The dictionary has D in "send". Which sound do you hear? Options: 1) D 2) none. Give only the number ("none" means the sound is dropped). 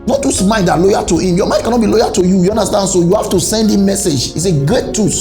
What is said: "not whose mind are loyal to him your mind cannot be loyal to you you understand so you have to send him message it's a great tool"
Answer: 1